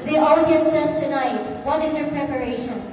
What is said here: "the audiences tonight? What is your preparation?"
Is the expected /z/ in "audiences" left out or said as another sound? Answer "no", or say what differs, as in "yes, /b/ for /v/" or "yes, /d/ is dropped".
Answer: yes, /s/ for /z/